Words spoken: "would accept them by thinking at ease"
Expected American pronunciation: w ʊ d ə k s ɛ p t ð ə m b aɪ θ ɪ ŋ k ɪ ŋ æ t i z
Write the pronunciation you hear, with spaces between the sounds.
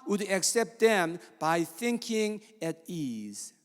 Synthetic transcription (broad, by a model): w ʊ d ə k s ɛ p t ð ə m b aɪ θ ɪ ŋ k ɪ ŋ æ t i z